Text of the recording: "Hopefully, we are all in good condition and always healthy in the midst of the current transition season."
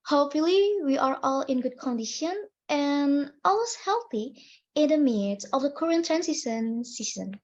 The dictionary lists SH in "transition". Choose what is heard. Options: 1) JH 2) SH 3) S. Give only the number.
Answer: 3